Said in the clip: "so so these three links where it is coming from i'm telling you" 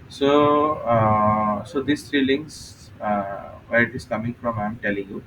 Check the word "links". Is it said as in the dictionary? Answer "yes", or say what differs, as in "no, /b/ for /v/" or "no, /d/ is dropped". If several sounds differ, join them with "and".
no, /k/ is dropped